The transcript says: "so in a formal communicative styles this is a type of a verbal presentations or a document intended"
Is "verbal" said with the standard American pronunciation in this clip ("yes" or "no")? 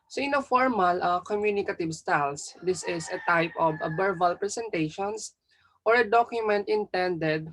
no